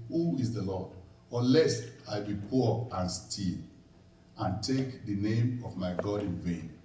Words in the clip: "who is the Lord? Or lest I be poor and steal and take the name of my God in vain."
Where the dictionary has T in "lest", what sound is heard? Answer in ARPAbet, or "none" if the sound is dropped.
none